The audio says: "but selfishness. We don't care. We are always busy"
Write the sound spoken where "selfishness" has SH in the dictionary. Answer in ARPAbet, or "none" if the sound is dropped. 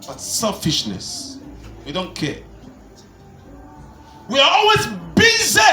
SH